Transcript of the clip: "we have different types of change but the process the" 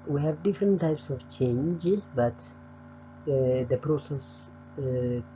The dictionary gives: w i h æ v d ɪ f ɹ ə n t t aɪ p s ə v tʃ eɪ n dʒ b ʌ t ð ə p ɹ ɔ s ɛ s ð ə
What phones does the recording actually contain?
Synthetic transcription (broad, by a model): w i h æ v d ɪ f ɹ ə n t t aɪ p s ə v tʃ eɪ n dʒ b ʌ t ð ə p ɹ ɔ s ɛ s